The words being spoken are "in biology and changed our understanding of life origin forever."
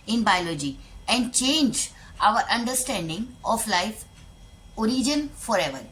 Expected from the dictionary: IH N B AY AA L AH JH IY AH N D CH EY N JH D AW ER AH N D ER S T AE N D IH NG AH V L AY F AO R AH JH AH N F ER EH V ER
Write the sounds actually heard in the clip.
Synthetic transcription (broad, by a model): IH N B AY AA L AH JH IY AH N D CH EY N JH AW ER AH N D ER S T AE N D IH NG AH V L AY F AO R AH JH AH N F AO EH V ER